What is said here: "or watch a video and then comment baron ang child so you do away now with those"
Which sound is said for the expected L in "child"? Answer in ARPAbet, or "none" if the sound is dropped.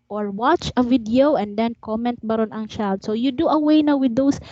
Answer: none